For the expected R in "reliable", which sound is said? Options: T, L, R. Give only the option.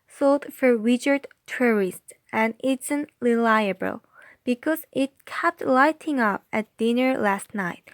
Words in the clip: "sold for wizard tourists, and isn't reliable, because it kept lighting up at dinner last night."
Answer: L